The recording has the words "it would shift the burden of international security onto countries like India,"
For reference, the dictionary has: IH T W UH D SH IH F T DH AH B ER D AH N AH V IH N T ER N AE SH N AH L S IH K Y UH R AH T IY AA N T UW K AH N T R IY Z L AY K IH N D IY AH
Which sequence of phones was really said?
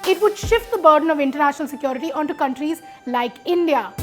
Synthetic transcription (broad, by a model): IH T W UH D SH IH F T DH AH B ER D AH N AH V IH N T ER N AE SH N AH L S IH K Y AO R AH T IY AA N T UW K AH N T R IY Z L AY K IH N D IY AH